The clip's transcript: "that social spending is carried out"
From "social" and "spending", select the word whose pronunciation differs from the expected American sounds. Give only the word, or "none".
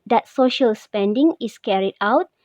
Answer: none